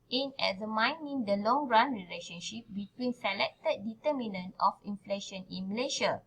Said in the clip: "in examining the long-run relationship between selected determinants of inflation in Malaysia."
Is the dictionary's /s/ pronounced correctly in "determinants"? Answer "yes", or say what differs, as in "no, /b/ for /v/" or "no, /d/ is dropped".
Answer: no, /s/ is dropped